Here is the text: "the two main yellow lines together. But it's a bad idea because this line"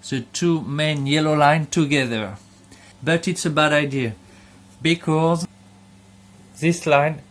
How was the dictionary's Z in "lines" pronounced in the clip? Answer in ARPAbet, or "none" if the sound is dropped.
none